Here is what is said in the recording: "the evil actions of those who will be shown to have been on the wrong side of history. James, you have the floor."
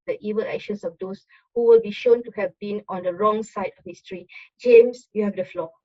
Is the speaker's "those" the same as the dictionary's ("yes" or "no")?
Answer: no